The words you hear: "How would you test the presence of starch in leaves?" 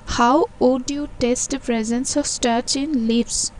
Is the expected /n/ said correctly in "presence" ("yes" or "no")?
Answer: yes